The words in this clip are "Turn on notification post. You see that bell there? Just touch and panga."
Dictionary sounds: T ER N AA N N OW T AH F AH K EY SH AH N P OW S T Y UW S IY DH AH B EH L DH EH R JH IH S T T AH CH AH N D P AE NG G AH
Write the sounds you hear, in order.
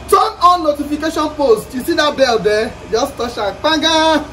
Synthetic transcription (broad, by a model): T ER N AA N N OW T AH F AH K EY SH AH N P OW S T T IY S IY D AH B EH L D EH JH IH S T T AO SH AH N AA G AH